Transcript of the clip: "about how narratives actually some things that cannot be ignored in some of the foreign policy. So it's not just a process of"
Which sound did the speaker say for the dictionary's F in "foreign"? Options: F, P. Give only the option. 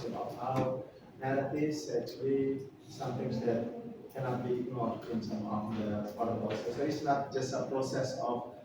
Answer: P